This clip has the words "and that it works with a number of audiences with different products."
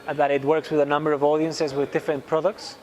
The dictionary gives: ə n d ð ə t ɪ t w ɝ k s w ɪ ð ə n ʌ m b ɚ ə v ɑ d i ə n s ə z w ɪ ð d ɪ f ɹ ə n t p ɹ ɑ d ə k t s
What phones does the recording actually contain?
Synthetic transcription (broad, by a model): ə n ð ə t ɪ t w ɝ k s w ɪ ð ə n ʌ m b ɚ ə v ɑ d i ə n s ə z w ɪ ð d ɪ f ɹ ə n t p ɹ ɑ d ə k t s